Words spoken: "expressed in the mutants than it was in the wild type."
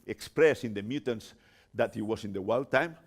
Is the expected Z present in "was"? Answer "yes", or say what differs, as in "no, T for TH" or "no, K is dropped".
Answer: no, S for Z